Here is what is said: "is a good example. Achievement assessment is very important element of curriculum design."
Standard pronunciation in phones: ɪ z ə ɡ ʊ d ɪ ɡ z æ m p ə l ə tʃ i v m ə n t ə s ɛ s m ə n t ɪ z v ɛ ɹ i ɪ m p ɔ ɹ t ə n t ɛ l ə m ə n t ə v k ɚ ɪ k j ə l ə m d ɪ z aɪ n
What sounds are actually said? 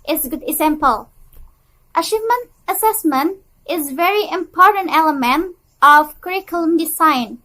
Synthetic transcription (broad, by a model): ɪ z ɡ ʊ d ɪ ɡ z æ m p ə l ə ʃ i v m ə n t ə s ɛ s m ə n t ɪ z v ɛ ɹ i ɪ m p ɔ ɹ t ə n t ɛ l ə m ə n t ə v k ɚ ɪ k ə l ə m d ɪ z aɪ n